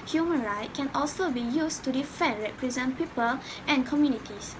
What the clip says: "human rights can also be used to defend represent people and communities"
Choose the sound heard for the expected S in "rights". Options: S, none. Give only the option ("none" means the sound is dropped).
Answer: none